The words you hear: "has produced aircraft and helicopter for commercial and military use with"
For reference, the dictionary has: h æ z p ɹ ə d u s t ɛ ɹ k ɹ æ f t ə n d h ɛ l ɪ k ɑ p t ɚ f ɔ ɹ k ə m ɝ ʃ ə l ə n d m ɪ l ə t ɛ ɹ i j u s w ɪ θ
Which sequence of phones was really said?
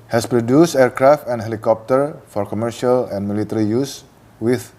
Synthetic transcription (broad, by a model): h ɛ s p ɹ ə d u s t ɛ ɹ k ɹ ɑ f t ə n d h ɛ l ɪ k ɑ p t ɚ f ɔ ɹ k ə m ɝ ʃ ə l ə n m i l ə t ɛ ɹ i j u s w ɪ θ